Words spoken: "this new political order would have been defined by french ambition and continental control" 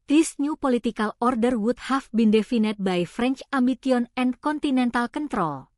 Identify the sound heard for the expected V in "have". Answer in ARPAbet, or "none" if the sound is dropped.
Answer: F